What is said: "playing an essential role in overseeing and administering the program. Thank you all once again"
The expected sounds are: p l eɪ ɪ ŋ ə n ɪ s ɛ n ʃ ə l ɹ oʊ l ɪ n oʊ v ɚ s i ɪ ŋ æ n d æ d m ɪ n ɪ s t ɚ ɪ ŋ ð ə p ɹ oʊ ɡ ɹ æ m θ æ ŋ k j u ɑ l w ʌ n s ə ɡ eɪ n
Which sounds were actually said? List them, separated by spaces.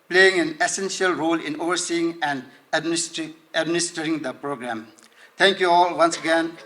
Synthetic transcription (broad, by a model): p l eɪ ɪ ŋ ə n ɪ s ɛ n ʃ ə l ɹ oʊ l ɪ n oʊ v ɚ s i ɪ ŋ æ n d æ d m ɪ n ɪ s t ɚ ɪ ŋ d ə p ɹ oʊ ɡ ɹ æ m t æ ŋ k j u ɑ l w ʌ n s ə ɡ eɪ n